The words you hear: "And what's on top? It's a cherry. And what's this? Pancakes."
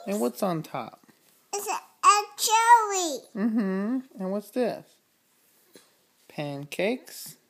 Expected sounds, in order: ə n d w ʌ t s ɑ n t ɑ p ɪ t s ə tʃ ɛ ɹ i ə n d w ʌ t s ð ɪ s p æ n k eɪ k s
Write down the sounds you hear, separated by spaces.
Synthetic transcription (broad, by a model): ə n w ʌ t s n t ɑ p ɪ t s ə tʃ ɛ l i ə n w ʌ t s ð ɪ s p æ n k eɪ k s